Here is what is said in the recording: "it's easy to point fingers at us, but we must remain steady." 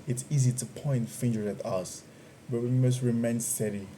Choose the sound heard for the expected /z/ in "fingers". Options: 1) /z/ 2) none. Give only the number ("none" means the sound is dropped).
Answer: 2